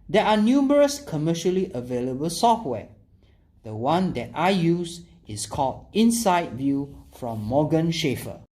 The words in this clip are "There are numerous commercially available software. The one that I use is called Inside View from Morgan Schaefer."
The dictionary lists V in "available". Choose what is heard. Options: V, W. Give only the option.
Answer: V